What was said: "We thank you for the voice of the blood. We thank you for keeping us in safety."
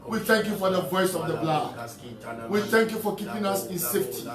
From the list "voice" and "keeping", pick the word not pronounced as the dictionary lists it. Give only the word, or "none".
none